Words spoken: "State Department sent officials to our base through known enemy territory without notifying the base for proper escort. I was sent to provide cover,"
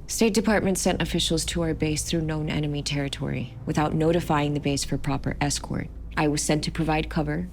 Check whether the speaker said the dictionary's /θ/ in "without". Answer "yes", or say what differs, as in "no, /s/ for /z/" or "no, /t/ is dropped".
yes